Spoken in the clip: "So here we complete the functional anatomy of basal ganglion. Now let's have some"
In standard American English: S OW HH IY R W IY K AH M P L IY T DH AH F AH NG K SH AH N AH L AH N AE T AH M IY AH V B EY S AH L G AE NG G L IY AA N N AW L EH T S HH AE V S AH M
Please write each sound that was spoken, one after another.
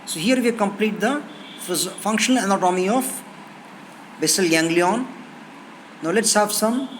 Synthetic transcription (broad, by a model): S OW HH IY R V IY K AH M P L IY T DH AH F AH NG K SH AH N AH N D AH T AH M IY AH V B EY S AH L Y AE NG G L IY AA N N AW L EH T S HH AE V S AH M